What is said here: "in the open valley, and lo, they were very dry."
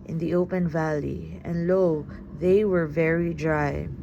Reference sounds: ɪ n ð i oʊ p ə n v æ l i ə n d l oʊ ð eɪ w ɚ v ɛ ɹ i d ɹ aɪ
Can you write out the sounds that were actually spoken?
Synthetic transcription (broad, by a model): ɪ n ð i oʊ p ə n v æ l i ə n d l oʊ ð eɪ w ɚ v ɛ ɹ i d ɹ aɪ